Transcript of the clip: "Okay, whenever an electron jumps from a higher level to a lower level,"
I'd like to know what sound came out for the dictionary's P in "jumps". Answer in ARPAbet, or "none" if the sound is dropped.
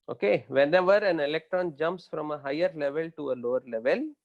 P